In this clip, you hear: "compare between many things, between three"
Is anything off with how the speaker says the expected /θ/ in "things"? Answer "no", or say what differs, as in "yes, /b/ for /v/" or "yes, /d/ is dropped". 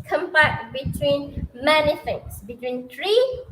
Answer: yes, /f/ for /θ/